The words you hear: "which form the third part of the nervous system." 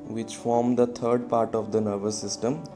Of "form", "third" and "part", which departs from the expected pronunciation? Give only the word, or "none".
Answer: third